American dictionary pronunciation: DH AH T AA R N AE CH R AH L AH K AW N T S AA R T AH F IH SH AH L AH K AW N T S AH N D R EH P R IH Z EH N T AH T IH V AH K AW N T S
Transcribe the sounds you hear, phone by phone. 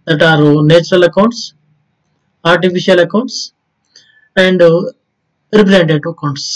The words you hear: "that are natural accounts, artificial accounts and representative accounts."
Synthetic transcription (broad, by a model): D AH T AA R N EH CH R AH L AH K AW N T S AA R T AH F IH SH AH L AH K AW N T S AH N D R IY P R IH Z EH N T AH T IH AH K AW N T S